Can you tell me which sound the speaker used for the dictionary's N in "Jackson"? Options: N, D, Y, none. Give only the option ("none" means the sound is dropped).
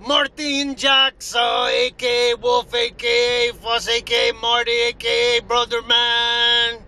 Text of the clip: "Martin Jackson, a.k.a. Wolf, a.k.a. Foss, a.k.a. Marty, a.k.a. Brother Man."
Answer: none